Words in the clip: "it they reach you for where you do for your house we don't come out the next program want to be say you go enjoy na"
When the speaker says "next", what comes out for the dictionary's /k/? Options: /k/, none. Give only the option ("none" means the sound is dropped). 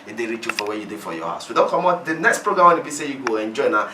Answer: /k/